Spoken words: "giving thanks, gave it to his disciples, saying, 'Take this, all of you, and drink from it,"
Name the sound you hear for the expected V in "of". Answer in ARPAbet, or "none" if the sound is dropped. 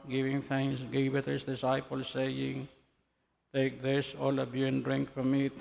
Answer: B